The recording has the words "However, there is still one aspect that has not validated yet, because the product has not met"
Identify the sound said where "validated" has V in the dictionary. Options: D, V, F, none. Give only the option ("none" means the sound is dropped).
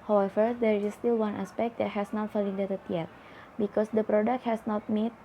F